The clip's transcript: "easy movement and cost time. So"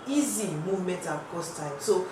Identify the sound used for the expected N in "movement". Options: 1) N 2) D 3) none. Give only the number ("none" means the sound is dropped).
3